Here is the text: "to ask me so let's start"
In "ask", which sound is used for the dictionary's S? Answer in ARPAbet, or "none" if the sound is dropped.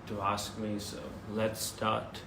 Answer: S